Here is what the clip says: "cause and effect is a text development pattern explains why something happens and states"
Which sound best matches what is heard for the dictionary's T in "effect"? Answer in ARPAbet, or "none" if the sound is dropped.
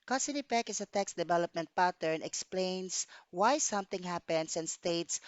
none